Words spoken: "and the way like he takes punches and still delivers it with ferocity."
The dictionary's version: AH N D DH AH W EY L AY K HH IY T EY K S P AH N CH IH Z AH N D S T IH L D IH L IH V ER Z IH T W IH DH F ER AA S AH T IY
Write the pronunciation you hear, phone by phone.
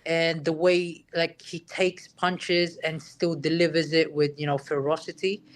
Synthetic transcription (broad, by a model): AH N DH AH W EY L AY K HH IY T EY K S P AH N CH IH Z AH N S T IH L D IH L IH V ER Z IH T W IH DH F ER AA S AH T IY